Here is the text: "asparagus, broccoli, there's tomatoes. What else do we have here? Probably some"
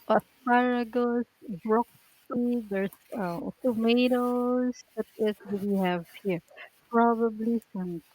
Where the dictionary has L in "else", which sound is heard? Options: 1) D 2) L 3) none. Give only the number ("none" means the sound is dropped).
3